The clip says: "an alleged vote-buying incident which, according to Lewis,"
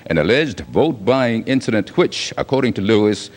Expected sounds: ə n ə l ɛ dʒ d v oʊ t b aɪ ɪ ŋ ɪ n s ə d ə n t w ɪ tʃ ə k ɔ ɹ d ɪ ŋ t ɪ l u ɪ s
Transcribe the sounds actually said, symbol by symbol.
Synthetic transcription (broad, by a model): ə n ə l ɛ dʒ d v oʊ t b aɪ ɪ ŋ ɪ n s ə d ə n t w ɪ tʃ ə k ɔ ɹ d ɪ ŋ t ɪ l u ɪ s